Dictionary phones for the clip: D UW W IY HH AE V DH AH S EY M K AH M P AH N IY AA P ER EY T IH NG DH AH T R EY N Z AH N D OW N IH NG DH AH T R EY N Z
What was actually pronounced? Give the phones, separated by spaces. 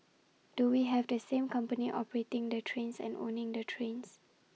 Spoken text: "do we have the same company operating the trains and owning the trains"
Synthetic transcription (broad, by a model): D UW W IY HH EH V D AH S EY M K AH M P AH N IY AA P ER EY T IH NG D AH T R EY N S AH N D OW N IH NG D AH T R EY N S